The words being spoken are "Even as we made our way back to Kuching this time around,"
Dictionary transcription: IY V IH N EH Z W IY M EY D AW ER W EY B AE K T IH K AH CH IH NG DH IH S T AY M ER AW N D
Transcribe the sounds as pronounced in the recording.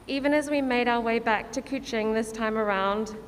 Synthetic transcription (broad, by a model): IY V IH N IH Z W IY M EY D AW ER W EY B AE K T IH K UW CH IH NG DH IH S T AY M ER AW N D